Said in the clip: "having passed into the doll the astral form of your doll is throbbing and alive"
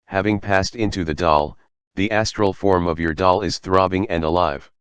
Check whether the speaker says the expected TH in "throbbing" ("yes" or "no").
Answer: yes